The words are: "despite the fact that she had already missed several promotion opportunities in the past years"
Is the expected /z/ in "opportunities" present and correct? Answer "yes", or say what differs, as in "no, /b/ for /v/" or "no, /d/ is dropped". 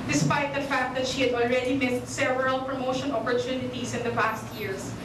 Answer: no, /s/ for /z/